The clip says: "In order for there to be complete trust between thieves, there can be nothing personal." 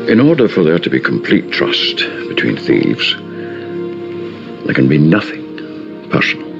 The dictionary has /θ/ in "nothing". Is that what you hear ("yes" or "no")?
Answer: yes